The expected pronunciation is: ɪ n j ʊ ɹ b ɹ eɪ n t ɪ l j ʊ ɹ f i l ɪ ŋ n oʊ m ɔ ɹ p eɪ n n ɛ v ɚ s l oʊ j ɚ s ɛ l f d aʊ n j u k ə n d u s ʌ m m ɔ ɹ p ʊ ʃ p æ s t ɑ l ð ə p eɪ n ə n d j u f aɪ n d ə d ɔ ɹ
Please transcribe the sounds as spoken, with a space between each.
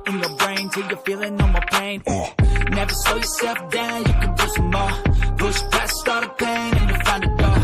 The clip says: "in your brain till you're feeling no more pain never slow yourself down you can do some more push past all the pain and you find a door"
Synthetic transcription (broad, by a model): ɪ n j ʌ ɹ b ɹ eɪ n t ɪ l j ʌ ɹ f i l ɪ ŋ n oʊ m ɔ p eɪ n n ɛ v ɚ s oʊ j ɚ s ɛ l f d aʊ n j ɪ k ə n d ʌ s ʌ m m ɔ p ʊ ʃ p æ s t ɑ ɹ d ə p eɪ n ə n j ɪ f aɪ n d ə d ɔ